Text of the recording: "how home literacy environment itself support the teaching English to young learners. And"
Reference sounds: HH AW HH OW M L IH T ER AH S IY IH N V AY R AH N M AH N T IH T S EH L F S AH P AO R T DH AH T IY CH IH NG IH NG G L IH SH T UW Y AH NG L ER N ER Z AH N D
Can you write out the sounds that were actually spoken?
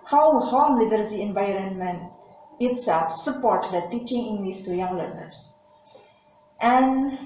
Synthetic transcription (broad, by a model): HH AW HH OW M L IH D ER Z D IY IH N V AY R AH N M AH N T IH T S EH L F S AH P AO R T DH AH T IY CH IH NG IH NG G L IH S T UW Y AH NG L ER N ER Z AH N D